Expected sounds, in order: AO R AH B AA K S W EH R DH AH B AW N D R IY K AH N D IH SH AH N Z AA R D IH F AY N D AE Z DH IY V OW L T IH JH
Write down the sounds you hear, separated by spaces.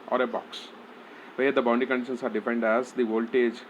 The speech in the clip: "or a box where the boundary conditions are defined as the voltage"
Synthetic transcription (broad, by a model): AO R AH B AA K S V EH R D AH B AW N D IY K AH N D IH SH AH N S AA R D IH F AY N D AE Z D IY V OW L T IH JH